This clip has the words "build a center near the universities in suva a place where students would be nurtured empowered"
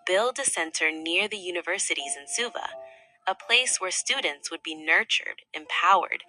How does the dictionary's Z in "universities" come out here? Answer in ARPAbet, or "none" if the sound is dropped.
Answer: Z